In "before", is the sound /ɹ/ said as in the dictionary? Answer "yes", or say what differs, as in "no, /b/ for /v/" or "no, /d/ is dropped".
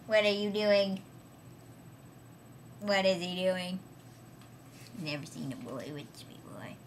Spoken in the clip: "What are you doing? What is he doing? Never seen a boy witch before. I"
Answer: no, /l/ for /ɹ/